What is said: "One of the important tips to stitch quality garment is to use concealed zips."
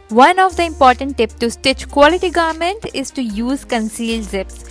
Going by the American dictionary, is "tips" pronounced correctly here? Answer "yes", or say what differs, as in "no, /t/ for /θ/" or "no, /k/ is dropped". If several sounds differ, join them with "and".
no, /s/ is dropped